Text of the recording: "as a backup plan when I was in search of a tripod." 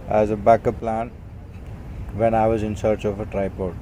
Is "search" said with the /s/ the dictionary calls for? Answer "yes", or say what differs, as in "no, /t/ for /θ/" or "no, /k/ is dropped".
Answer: yes